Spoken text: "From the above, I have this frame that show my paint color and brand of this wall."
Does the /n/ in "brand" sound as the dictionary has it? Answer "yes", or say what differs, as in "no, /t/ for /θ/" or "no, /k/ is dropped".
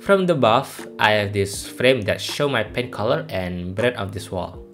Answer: no, /n/ is dropped